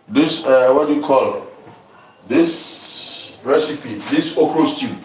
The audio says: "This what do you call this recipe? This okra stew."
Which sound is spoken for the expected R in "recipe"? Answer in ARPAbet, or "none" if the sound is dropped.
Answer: R